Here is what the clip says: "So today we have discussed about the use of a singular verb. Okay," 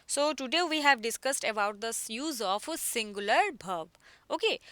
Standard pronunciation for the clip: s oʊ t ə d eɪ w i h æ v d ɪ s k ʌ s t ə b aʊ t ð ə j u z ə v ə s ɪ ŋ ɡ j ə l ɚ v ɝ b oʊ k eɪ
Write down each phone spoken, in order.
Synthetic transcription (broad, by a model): s oʊ t ə d eɪ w i h æ v d ɪ s k ʌ s t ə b aʊ t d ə j u z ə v ə s ɪ ŋ ɡ j ə l ɚ b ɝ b oʊ k eɪ